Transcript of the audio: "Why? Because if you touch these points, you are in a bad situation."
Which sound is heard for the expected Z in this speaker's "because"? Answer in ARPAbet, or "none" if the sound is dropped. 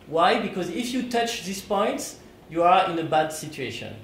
Z